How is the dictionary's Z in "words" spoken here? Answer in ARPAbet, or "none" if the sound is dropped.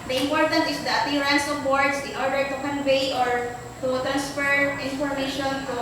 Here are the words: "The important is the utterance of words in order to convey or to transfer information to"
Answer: S